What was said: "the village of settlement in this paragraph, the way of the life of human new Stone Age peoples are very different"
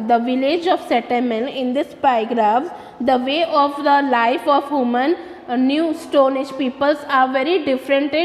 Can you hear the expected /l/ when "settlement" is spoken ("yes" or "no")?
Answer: no